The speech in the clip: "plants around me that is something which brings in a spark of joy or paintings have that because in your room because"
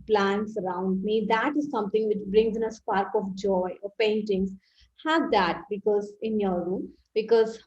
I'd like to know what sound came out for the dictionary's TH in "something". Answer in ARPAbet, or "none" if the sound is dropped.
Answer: T